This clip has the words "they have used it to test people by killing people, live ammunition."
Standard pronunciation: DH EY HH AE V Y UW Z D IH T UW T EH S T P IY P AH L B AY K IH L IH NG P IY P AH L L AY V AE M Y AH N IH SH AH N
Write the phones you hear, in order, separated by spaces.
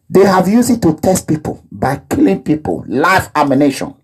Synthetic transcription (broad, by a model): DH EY HH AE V Y UW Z IH T UW T EH S T P IY P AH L B AY K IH L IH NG P IY P AH L L AY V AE M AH N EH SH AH N